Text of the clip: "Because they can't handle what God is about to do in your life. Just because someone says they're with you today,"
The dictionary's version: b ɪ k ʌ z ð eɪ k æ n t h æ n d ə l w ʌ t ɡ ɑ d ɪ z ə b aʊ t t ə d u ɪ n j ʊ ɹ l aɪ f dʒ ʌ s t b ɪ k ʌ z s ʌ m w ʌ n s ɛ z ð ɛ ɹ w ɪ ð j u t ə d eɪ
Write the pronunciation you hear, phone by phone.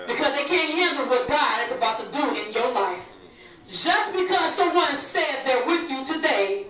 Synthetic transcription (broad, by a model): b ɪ k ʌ z ð eɪ k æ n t h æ n d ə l w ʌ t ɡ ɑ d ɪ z ə b aʊ t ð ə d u ɪ n j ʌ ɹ l aɪ f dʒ ʌ s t b ɪ k ʌ z s ʌ m w ʌ n s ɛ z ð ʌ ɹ w ɪ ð j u t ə d eɪ